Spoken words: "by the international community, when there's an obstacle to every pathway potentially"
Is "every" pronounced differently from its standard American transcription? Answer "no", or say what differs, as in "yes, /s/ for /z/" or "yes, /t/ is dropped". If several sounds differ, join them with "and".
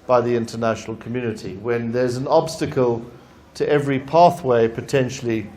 no